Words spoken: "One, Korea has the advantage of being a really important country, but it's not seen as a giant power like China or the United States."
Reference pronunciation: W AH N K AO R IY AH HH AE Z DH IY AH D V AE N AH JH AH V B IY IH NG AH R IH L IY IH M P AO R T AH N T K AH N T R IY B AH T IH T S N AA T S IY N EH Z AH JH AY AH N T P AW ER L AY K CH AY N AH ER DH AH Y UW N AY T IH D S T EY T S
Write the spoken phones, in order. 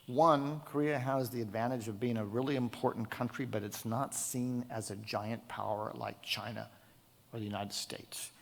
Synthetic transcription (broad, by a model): W AH N K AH R IY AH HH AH Z DH IY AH D V AE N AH JH AH V B IY IH NG AH R IH L IY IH M P AO R T N K AH N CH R IY B AH T IH T S N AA T S IY N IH Z AH JH AY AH N P AW ER L AY K CH AY N AH ER DH AH Y UW N AY T IH D S T EY T S